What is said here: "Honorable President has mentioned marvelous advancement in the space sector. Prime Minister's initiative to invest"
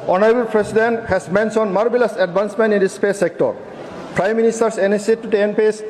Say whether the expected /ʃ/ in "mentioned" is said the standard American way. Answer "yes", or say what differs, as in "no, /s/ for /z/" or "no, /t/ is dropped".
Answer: no, /s/ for /ʃ/